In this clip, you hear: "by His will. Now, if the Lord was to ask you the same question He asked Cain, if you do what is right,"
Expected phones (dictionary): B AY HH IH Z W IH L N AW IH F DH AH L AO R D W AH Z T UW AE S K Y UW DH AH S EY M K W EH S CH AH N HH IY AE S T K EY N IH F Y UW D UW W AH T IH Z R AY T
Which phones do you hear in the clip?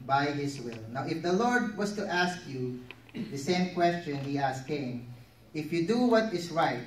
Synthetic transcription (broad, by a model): B AY HH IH S W IH L N AW IH F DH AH L AO R D W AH S T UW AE S K Y UW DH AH S EY M K W EH S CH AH N HH IY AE S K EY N IH F Y UW D UW W AH T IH S R AY T